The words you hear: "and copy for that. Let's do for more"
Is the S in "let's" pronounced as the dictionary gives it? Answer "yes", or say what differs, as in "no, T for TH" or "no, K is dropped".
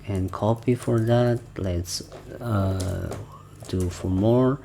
yes